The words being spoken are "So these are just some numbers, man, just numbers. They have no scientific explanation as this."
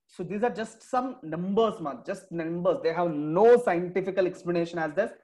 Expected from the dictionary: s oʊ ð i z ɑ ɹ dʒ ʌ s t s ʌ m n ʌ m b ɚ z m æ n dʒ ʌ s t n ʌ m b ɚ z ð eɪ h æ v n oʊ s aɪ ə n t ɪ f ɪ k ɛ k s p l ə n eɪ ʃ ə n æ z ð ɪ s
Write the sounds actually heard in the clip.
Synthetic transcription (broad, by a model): s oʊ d i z ɑ ɹ dʒ ʌ s t s ʌ m n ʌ m b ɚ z m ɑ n dʒ ʌ s t n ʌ m b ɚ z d eɪ h æ v n oʊ s aɪ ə n t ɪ f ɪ k ɛ k s p l ə n eɪ ʃ ə n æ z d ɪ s